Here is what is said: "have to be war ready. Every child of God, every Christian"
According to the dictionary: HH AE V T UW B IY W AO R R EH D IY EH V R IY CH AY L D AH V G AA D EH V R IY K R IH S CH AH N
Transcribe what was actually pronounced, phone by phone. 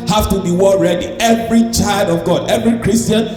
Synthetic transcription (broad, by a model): HH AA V T UW B IY W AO L R EH D IY EH V R IY CH AY L D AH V G AA D EH V R IY K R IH S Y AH N